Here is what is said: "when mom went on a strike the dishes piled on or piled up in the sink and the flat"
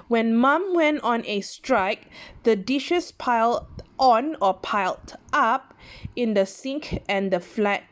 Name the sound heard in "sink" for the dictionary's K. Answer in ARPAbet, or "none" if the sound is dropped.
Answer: K